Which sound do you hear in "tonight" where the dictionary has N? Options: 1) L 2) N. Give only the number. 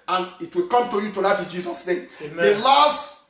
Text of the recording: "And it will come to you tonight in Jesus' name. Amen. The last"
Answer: 1